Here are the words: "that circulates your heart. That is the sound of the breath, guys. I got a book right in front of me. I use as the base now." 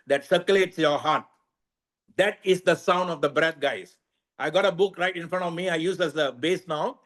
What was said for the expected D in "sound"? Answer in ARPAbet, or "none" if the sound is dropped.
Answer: D